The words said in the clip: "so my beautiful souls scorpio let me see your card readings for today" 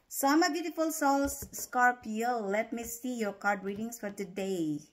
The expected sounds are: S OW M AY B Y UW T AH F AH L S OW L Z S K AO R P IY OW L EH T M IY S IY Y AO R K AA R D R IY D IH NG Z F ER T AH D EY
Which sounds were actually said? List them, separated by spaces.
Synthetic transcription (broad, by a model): S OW M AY B Y UW T AH F AH L S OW L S S K AO R P IY OW L EH T M IY S IY Y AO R K AA R D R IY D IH NG S F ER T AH D EY